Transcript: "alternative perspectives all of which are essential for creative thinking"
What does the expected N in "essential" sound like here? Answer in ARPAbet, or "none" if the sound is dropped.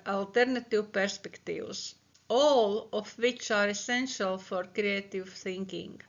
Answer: N